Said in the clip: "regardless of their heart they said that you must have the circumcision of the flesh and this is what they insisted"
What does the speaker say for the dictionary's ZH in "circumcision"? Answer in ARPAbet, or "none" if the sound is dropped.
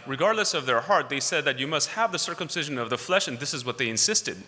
ZH